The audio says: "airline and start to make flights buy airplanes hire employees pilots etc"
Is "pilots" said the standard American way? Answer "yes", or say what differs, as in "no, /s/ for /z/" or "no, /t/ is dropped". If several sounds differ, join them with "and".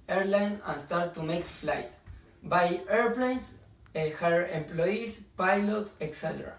no, /s/ is dropped